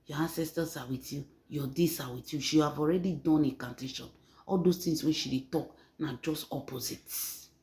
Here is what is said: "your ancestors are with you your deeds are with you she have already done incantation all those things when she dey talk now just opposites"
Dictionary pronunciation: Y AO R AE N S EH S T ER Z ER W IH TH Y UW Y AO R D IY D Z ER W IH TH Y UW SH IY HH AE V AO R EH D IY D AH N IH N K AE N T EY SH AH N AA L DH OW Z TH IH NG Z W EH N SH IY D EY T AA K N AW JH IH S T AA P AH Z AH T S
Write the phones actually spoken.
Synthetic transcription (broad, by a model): Y AO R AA N S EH S T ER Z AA W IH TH Y UW Y AO D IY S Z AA W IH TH Y UW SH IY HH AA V AO R EH D IY D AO N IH K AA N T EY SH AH N AA L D OW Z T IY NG S W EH SH IY D EY T AA K N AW JH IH S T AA P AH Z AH T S